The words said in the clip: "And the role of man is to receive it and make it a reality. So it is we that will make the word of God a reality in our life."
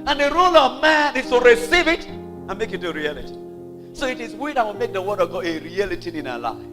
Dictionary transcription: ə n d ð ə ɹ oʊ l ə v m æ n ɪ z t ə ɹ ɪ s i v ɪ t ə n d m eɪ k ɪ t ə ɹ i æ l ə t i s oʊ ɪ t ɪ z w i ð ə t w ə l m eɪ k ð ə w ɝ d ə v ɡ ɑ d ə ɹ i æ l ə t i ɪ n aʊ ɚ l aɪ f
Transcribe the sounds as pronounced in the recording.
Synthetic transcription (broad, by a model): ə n ð ə ɹ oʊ l ə v m æ n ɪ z t ə ɹ ɪ s i v ɪ t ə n m eɪ k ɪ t ə ɹ i æ l ə t i s oʊ ɪ t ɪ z w i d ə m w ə m eɪ k ð ə w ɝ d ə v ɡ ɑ ə ɹ i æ l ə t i ɪ n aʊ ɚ l aɪ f